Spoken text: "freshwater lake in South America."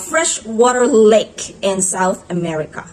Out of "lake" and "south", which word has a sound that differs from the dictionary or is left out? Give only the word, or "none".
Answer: none